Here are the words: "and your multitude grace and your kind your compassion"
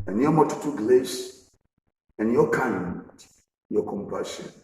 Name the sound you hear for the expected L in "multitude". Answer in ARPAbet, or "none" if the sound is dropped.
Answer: none